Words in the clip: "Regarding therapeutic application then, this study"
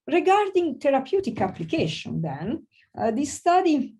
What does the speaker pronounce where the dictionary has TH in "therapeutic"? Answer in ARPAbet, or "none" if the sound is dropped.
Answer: T